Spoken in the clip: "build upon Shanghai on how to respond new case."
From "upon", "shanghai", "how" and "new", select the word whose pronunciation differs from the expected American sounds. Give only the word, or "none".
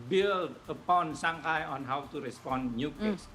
shanghai